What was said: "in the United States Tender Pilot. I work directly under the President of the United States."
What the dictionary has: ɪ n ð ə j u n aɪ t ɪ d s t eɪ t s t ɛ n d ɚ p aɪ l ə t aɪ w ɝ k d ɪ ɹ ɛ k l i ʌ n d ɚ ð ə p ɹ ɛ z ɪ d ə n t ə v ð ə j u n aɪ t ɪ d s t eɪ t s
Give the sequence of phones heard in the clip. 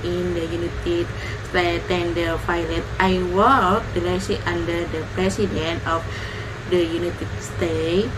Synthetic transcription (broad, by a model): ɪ n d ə j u n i t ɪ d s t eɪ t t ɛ n d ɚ f aɪ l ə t aɪ w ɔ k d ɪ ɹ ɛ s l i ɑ n d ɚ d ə p ɹ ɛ s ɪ d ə n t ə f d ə j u n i t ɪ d s t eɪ